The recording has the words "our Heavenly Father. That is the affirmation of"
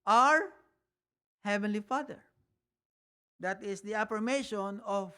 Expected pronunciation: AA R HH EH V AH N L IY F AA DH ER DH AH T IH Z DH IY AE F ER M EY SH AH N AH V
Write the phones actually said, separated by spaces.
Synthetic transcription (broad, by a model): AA R HH EH V AH N L IY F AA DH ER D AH T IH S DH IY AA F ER M EY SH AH N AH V